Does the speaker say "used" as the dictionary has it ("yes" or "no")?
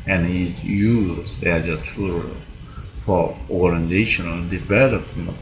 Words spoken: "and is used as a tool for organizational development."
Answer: no